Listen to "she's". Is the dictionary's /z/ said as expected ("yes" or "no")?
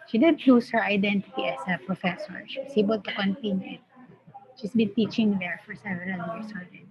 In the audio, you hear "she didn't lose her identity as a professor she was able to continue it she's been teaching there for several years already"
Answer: no